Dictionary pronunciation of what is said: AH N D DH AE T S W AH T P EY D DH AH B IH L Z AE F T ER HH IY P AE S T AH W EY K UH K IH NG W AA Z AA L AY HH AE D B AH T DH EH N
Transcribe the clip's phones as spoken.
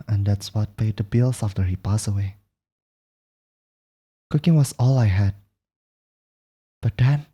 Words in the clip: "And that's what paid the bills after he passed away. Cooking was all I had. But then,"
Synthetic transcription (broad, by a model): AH N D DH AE T S W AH T P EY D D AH B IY L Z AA F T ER HH IY P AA S AH W EY K UH K IH NG W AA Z AA L AY HH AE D B AH T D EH N